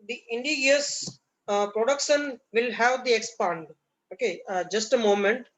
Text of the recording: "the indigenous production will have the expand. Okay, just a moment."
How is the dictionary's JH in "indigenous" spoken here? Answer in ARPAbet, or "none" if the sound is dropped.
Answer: none